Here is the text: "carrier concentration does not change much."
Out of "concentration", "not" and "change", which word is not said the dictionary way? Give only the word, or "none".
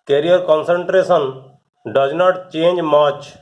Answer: concentration